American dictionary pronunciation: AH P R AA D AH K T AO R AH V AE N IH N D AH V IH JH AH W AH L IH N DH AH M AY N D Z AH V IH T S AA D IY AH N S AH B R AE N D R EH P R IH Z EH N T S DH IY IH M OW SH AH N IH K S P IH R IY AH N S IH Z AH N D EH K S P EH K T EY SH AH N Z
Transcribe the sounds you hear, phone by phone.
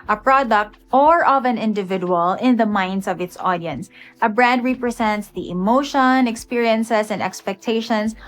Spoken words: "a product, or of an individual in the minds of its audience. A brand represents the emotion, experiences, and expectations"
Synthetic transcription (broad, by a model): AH P R AA D AH K T AO R AH V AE N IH N D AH V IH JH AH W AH L IH N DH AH M AY N D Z AH V IH T S AA D IY AH N S AH B R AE D R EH P R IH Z EH N T S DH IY IH M OW SH AH N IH K S P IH R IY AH N S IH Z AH N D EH K S P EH K T EY SH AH N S